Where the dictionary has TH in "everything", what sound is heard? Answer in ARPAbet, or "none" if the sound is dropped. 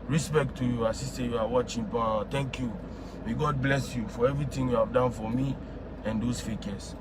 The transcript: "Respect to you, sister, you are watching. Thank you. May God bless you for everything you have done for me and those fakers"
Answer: T